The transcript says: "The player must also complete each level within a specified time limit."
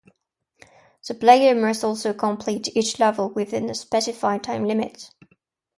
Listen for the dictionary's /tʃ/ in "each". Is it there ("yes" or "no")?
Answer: yes